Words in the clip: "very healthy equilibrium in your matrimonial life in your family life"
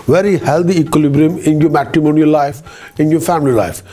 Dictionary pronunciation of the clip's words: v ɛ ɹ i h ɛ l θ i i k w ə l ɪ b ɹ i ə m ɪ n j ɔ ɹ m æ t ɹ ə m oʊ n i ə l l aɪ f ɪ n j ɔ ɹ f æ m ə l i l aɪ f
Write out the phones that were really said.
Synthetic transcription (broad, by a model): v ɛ ɹ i h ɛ l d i i k w ə l ɪ b ɹ i ə m ɪ n j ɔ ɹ m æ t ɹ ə m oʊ n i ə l l aɪ f ɪ n j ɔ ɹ f æ m ə l i l aɪ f